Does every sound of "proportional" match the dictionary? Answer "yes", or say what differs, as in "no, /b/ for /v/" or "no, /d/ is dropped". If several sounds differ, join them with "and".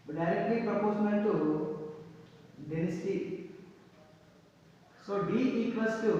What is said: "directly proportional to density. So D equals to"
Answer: no, /n/ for /l/